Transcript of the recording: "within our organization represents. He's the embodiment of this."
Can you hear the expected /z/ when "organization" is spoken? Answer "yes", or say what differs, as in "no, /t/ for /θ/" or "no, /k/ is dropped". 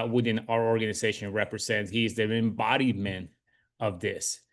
yes